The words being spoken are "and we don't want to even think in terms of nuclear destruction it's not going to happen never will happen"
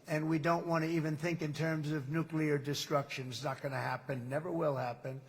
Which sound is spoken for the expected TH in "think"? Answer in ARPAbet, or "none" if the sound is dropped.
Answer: TH